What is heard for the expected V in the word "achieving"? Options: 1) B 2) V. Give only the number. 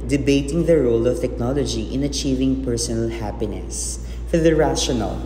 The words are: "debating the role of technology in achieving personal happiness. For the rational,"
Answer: 2